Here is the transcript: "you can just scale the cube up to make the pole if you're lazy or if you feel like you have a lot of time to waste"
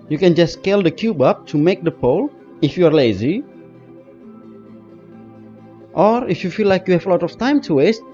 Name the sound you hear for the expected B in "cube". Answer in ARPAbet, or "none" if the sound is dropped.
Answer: B